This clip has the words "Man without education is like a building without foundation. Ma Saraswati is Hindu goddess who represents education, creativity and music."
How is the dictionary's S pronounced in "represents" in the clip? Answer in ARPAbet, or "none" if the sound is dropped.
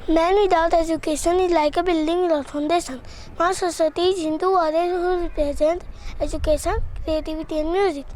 none